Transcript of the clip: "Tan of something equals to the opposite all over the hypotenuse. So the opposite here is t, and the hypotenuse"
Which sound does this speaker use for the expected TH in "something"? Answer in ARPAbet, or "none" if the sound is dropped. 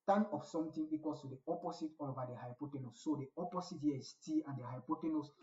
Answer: T